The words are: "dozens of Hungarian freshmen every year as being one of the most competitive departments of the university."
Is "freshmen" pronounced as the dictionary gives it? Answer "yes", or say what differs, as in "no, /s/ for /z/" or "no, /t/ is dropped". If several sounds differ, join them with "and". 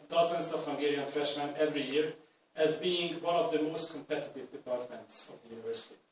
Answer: yes